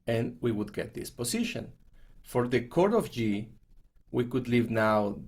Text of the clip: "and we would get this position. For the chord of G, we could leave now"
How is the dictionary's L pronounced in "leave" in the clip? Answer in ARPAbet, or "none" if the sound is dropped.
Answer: L